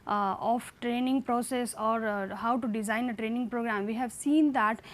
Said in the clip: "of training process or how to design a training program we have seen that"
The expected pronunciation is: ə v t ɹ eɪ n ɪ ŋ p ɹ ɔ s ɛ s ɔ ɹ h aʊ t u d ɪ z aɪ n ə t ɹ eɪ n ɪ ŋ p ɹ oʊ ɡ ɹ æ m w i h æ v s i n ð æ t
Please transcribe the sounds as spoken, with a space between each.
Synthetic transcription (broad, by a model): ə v t ɹ eɪ n ɪ ŋ p ɹ ɔ s ɛ s ɔ ɹ h aʊ t u d ɪ z aɪ n ə t ɹ eɪ n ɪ ŋ p ɹ oʊ ɡ ɹ æ m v i h æ v s i n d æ t